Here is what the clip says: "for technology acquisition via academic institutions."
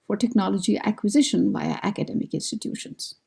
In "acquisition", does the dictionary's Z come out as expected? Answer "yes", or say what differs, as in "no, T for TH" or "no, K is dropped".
yes